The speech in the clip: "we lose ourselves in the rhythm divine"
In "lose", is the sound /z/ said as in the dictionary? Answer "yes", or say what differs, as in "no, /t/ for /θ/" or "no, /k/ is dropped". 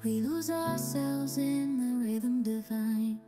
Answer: yes